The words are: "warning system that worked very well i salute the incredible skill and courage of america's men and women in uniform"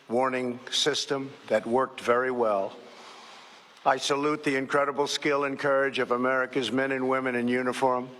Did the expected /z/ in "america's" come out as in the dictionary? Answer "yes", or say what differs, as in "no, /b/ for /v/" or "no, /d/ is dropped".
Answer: yes